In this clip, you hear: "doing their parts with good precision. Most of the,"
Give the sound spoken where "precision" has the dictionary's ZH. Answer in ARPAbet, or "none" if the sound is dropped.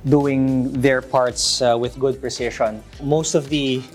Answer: SH